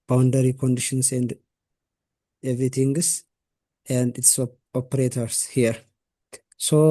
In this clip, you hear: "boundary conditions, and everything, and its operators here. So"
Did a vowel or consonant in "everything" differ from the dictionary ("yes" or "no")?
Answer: yes